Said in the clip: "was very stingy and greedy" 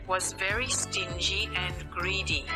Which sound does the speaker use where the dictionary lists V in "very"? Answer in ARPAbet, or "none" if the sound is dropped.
V